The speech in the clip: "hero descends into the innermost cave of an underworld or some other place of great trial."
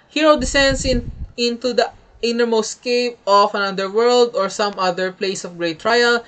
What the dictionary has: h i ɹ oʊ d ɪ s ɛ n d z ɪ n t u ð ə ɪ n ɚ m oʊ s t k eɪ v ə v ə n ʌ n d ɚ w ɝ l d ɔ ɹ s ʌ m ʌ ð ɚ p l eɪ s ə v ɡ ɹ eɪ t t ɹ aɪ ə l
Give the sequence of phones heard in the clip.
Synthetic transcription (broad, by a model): h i ɹ oʊ d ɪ s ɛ n d s ɪ n t u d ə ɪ n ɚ m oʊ s k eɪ p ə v ə n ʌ d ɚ w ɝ l d ɔ ɹ s ʌ m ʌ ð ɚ p l eɪ s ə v ɡ ɹ eɪ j t ɹ aɪ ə l